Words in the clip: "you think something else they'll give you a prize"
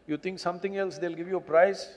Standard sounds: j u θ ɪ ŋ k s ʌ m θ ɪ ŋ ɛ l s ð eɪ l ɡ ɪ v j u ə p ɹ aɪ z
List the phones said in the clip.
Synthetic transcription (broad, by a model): j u t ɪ ŋ k s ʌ m t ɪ ŋ ɛ l s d eɪ l ɡ ɪ v j u ə p ɹ aɪ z